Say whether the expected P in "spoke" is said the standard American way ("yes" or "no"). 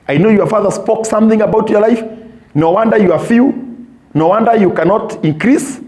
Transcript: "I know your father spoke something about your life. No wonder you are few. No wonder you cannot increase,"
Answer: yes